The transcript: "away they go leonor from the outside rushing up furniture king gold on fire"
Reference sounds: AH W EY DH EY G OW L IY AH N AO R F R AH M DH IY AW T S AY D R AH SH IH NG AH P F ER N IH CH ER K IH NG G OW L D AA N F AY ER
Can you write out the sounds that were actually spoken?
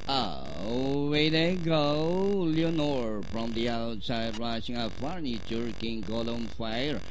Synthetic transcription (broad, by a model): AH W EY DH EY G OW L IY AH N AO R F R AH M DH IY AW T S AY D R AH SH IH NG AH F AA N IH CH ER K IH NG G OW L AA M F AY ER